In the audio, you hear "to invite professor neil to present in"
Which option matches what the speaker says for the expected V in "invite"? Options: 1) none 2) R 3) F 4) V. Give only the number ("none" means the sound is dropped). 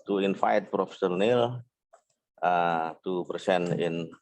3